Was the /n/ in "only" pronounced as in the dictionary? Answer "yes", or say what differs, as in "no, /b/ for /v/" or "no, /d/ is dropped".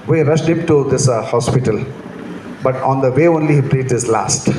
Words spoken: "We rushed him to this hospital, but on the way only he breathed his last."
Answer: yes